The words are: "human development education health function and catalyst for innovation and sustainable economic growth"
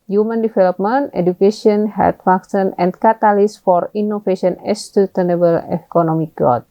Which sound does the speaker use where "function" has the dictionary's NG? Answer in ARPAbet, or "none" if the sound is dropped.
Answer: none